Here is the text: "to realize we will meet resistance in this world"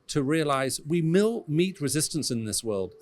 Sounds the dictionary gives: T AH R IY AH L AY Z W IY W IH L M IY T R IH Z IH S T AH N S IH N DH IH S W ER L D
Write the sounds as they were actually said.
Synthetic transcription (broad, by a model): T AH R IY AH L AY Z W IY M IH L M IY T R IH Z IH S T AH N S IH N DH IH S W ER L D